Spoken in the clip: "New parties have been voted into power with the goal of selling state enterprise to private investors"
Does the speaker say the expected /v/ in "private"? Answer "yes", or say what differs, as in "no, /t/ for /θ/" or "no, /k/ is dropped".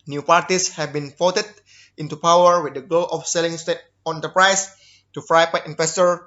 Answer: no, /p/ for /v/